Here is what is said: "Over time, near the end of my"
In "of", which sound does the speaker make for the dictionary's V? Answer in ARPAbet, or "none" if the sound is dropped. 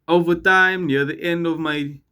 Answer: V